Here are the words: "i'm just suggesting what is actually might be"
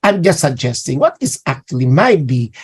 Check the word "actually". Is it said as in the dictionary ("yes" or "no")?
yes